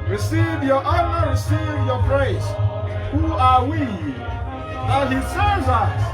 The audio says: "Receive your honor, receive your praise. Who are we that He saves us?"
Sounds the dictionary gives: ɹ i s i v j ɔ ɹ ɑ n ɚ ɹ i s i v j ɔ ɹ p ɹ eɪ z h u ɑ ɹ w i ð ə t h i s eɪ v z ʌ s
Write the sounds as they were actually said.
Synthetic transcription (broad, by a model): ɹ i s i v j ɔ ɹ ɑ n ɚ ɹ i s i v j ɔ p ɹ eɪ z h u ɑ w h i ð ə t h i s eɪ z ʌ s